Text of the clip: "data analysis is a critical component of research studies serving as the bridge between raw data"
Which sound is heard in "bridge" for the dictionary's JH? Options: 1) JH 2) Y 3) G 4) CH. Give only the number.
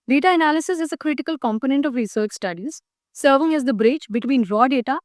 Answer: 4